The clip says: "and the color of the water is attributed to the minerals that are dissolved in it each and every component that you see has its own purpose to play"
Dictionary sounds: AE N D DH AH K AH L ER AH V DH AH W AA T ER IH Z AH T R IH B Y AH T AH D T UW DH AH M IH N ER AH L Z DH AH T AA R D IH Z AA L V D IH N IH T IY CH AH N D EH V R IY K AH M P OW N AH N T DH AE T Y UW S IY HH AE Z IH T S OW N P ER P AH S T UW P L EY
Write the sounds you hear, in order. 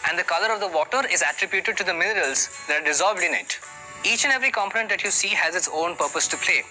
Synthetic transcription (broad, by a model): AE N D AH K AH L ER AH V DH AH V AA T ER IH Z AH T R IH B Y AH T AH D T UW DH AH M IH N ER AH L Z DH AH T AA R D IH Z AA L V D IH N IH T IY CH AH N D EH V R IY K AH M P OW N AH N T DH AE T Y UW S IY HH AE Z IH T S OW N P ER P AH S T UW P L EY